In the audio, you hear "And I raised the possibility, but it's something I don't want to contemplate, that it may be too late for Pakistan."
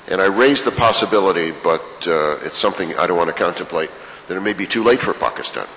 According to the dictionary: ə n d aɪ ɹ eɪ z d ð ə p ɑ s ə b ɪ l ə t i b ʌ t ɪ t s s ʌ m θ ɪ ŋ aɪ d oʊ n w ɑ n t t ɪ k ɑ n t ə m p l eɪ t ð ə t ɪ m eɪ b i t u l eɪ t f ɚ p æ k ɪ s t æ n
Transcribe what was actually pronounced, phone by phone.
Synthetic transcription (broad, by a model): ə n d aɪ ɹ eɪ z ð ə p ɑ s ə b ɪ l ə t i b ʌ t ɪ t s s ʌ m θ ɪ ŋ aɪ d oʊ n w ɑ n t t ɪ k ɑ n t ə m p l eɪ t ð ə t ɪ m eɪ b i t u l eɪ t f ɚ p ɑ k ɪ s t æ n